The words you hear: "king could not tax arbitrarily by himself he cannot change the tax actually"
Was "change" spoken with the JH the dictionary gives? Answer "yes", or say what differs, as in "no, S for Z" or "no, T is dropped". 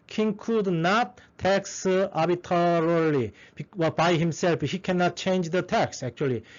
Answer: yes